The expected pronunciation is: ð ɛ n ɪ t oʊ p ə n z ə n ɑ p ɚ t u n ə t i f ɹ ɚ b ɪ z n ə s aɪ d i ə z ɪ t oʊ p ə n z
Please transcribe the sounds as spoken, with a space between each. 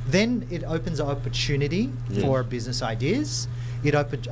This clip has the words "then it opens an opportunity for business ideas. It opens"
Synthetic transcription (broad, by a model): ð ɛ n ɪ t oʊ p ə n z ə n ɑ p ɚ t u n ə t i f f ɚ b ɪ z n ə s aɪ d i ə z ɪ t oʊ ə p